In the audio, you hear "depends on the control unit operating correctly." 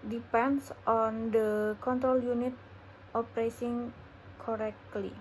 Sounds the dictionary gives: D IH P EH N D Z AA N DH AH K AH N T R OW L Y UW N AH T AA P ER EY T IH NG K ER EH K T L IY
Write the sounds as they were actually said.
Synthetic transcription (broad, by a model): D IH P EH N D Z AA N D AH K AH N T R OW L Y UW N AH T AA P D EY S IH NG K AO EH K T L IY